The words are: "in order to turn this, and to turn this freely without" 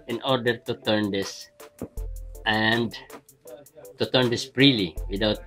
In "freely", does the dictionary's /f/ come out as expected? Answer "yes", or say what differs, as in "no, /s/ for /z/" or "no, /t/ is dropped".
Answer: no, /p/ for /f/